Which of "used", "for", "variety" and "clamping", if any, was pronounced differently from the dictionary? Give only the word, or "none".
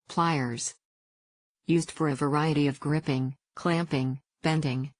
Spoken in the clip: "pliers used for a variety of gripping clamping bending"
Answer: none